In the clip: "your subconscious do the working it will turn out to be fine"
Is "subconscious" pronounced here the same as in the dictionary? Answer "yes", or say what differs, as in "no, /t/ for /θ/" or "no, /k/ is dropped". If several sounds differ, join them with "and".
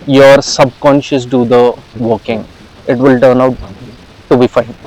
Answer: yes